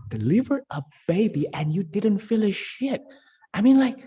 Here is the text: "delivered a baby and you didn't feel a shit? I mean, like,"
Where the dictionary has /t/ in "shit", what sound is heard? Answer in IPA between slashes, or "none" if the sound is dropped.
/t/